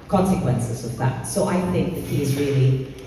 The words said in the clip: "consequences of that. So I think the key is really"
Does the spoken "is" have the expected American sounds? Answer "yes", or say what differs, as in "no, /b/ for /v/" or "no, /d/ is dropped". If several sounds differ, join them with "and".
yes